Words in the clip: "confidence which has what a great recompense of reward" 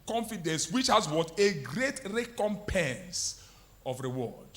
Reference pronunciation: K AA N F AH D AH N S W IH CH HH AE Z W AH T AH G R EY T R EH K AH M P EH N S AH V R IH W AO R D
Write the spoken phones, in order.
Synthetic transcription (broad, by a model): K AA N F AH D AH N S W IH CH HH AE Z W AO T AH G R EY T R EH K AH M P EH N S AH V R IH W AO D